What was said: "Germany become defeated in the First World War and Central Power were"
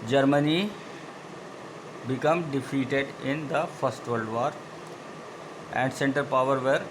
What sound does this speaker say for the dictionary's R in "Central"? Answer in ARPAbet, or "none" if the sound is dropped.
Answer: none